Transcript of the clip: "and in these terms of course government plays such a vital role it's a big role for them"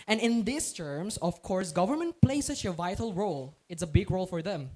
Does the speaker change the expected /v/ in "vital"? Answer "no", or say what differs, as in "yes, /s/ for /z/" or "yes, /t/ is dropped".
no